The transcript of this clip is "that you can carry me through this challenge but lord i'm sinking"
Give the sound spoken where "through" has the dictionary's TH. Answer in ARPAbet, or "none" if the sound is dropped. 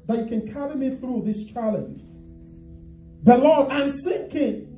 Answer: TH